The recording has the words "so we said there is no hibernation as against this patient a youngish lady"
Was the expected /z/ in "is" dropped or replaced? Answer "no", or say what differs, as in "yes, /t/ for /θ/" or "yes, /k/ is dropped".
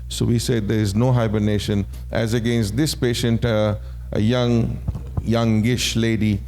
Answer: no